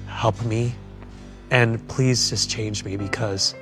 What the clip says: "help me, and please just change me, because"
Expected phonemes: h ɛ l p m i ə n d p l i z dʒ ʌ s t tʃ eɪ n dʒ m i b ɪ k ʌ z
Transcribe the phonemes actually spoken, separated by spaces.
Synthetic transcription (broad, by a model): h ɛ l p m i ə n p l i z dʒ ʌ s tʃ eɪ n dʒ m i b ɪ k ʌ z